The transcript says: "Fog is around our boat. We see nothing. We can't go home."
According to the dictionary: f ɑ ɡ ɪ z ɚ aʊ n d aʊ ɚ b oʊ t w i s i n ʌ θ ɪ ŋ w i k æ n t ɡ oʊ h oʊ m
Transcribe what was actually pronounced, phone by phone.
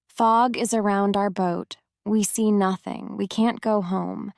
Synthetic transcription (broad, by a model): f ɑ ɡ ɪ z ɚ aʊ n d aʊ ɚ b oʊ t w i s i n ʌ θ ɪ ŋ w i k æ n ɡ oʊ h oʊ m